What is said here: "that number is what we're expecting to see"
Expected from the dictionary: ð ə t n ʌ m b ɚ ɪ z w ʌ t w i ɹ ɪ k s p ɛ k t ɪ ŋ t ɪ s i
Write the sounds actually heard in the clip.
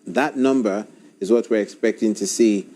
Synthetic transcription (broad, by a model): ð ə t n ʌ m b ɚ ɪ z w ʌ t w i ɹ ɪ k s p ɛ k t ɪ ŋ t ɪ s i